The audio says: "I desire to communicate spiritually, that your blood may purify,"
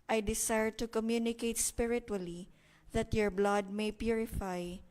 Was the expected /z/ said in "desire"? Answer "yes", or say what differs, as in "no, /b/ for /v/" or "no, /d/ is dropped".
no, /s/ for /z/